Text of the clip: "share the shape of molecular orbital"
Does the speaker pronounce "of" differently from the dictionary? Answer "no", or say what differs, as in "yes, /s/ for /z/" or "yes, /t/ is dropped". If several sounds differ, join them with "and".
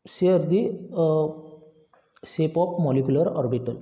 yes, /p/ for /v/